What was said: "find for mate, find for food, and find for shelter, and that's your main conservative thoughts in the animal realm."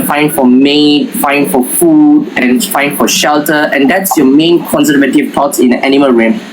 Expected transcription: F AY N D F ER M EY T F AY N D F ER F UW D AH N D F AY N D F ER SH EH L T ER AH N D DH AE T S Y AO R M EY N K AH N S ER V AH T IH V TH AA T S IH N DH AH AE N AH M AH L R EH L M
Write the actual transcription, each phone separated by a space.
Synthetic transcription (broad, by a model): F AY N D F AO M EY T F AY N F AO F UW D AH N F AY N F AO SH EH L T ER AH N D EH T S Y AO M EY N K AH N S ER V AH T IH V T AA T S IH N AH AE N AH M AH L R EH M